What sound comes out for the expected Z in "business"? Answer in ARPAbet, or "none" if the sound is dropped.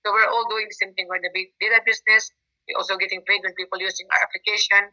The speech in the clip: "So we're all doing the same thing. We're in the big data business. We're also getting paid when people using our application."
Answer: S